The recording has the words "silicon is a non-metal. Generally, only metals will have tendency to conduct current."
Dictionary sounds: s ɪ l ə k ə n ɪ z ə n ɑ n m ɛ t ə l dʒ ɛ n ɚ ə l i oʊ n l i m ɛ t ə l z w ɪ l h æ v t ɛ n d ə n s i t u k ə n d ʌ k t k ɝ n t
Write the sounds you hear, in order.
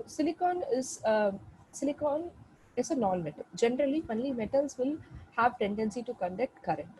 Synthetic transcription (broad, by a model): s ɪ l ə k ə n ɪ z ə n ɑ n m ɛ t ə l dʒ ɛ n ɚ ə l i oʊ n l i m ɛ t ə l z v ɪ l h æ v t ɛ n d ə n s i t u k ə n d ʌ k t k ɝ t